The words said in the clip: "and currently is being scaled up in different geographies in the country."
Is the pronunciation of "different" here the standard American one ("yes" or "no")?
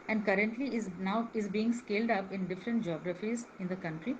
yes